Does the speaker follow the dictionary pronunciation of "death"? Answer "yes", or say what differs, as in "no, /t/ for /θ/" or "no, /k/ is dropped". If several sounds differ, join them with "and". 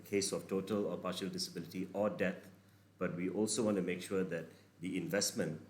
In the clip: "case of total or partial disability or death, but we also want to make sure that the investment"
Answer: no, /t/ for /θ/